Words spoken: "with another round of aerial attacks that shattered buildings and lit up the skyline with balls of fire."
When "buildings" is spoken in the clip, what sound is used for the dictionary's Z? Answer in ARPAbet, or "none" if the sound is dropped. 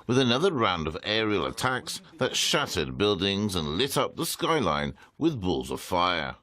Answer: Z